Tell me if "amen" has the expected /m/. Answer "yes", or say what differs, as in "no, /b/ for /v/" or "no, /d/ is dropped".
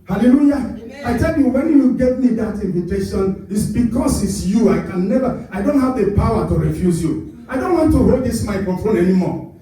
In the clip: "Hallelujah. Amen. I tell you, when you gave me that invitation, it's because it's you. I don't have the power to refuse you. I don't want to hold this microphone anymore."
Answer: no, /m/ is dropped